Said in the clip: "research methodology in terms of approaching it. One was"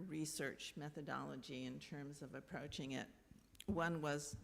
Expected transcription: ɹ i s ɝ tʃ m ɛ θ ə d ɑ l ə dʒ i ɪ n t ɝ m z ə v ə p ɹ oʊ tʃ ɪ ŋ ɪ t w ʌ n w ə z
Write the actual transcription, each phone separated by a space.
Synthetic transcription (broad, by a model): ɹ i s ɝ tʃ m ɛ θ ə d ɑ l ə dʒ i ɪ n t ɝ m z ə v ə p ɹ oʊ tʃ ɪ ŋ ɪ t w ʌ n w ə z